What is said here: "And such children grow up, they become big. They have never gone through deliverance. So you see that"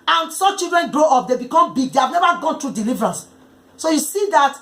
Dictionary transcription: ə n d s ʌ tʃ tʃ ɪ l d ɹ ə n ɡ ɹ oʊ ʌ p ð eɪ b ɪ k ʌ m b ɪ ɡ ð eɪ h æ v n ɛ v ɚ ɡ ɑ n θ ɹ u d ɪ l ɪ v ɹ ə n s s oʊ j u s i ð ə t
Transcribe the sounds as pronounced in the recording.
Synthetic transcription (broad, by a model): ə n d s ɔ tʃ tʃ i l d ɹ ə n ɡ ɹ oʊ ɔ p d eɪ b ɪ k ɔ m b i ɡ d eɪ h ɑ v n ɛ v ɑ ɡ ɑ n t ɹ u d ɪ l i v ɹ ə n s s oʊ j u s i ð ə t